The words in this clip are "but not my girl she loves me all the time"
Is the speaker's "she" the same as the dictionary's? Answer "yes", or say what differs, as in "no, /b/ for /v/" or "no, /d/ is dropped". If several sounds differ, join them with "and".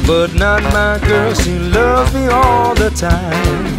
no, /s/ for /ʃ/